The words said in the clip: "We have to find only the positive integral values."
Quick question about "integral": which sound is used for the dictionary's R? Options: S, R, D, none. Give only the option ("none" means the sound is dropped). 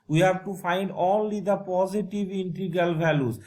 none